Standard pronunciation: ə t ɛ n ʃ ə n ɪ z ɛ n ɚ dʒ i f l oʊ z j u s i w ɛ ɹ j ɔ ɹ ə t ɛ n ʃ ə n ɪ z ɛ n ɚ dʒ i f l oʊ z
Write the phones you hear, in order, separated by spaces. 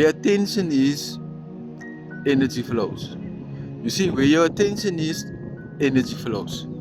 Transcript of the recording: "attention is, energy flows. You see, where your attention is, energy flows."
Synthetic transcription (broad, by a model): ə t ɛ n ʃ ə n ɪ z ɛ n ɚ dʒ i f l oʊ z j u s i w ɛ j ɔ w ə t ɛ n ʃ ə n ɪ z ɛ n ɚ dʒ i f l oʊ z